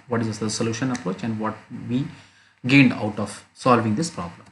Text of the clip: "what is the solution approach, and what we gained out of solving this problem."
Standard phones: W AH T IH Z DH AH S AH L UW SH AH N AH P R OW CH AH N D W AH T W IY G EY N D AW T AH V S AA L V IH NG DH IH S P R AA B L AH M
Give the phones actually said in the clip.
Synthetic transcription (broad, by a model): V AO T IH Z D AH S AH L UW SH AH N AH P R OW CH AH N D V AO T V IY G EY N D AW T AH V S AA L V IH NG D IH S P R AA B L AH M